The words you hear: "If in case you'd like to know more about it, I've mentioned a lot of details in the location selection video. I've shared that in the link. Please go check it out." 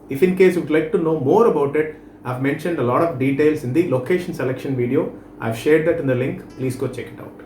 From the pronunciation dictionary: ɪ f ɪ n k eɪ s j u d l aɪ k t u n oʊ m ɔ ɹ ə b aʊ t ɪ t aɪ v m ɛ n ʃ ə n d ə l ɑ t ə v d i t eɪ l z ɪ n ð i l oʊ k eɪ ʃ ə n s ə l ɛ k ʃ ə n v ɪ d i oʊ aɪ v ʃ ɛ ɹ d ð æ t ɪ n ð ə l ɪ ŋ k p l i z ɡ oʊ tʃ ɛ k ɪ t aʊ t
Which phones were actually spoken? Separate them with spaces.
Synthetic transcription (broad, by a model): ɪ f ɪ n k eɪ s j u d l aɪ k t u n oʊ m ɔ ɹ ə b aʊ t ɪ t aɪ v m ɛ n ʃ ə n d ə l ɑ t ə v d i t eɪ l s ɪ n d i l oʊ k eɪ ʃ ə n s ə l ɛ k ʃ ə n v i d i oʊ aɪ v ʃ ɛ ɹ d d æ t ɪ n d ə l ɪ ŋ k p l i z ɡ oʊ tʃ ɛ k ɪ t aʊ t